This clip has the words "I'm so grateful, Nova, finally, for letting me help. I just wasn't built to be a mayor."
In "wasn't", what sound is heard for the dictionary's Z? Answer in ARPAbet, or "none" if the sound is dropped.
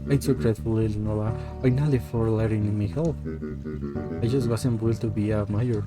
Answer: S